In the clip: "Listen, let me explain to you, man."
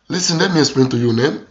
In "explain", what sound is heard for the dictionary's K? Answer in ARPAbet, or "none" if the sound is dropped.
none